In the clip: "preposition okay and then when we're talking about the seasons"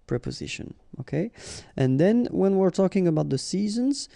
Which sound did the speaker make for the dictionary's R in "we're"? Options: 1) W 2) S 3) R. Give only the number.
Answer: 3